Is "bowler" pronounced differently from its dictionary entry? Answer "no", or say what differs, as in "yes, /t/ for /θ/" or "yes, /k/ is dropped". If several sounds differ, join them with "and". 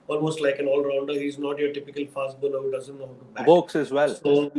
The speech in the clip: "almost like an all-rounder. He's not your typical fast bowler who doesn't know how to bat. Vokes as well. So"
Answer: yes, /n/ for /l/